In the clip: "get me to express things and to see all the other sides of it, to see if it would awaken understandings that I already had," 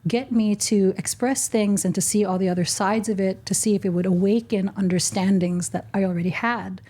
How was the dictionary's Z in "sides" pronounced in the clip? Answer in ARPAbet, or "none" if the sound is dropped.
Z